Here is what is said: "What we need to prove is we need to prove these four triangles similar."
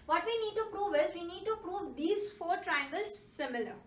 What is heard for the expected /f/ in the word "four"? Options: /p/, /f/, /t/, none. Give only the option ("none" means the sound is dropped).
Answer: /f/